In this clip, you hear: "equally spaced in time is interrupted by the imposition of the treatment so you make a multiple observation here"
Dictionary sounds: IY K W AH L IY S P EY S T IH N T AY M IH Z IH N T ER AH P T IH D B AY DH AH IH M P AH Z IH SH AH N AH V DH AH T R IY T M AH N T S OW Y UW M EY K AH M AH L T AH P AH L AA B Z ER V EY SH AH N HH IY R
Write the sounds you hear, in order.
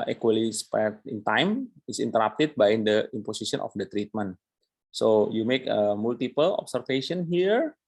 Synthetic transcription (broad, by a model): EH K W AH L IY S P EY T IH N T AY M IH S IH N T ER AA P T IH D B AY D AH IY M P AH S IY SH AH N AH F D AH T R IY T M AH N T S OW Y UW M EY K AH M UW L T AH P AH L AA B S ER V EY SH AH N HH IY R